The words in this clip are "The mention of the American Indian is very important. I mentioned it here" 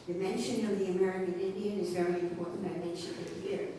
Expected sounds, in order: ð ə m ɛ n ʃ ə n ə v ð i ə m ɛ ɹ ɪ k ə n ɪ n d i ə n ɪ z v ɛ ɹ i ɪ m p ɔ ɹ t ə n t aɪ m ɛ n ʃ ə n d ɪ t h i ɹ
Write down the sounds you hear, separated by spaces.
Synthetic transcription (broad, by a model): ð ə m ɛ n ʃ ə n ə v ð i ə m ɛ ɹ ɪ k ə n ɪ n d i ə n ɪ z v ɛ ɹ i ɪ m p ɔ ɹ t n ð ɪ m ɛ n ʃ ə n ɪ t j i ɹ